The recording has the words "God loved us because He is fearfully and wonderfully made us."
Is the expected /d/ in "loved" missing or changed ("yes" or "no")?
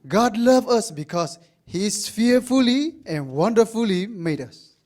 yes